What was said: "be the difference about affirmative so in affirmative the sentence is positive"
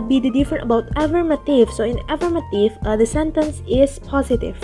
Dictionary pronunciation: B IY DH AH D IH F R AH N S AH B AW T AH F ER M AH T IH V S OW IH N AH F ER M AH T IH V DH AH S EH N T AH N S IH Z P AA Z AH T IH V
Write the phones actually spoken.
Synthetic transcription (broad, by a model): B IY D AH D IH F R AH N AH B AW T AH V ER M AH T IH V S OW IH N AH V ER M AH T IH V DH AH S EH N T AH N S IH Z P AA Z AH T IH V